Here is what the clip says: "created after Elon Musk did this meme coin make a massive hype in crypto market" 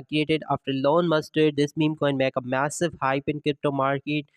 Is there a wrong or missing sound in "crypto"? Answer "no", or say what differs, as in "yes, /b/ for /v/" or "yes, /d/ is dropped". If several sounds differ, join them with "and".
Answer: no